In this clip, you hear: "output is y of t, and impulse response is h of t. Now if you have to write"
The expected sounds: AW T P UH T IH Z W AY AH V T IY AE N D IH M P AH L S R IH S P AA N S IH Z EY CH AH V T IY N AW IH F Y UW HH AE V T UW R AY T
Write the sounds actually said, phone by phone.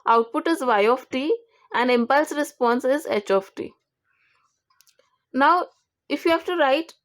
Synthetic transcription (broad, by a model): AW T P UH T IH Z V AY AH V T IY AE N D IH M P AH L S R IH S P AA N S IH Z EY CH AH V T IY N AW IH F Y UW HH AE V T UW R AY T